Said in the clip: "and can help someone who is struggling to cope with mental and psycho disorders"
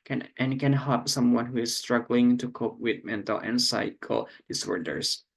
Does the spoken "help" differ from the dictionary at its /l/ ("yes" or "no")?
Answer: yes